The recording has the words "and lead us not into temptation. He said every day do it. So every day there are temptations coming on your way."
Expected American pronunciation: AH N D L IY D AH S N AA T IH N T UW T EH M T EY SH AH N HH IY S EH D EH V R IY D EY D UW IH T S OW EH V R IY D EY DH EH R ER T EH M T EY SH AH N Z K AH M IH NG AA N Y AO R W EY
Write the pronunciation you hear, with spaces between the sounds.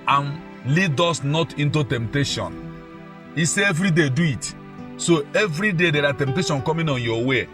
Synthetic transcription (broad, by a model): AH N L IY D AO S N AA T IH N T UW T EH M T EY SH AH N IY S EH EH V R IY D EY D UW IH T S OW EH V R IY D EY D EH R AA T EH M T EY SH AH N K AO M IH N AA N Y AO W EY